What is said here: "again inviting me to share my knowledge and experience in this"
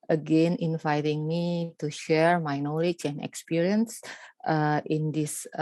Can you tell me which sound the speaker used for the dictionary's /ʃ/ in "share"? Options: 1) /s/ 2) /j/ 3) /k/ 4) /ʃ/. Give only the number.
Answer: 4